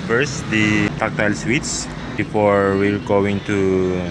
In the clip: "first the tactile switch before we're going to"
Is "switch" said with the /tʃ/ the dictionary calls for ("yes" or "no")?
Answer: no